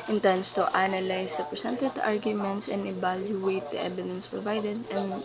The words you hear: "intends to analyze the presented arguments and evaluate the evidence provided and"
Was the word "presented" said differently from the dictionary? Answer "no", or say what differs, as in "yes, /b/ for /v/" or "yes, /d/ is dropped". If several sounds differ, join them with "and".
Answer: yes, /s/ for /z/